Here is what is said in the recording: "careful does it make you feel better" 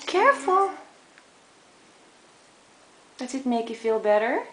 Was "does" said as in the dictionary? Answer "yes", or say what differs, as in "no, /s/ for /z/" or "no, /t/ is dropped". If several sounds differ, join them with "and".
no, /s/ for /z/